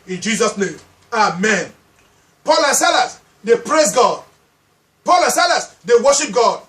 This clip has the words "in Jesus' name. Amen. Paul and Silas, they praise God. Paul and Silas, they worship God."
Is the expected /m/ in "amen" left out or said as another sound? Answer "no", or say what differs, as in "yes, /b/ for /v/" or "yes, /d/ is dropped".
no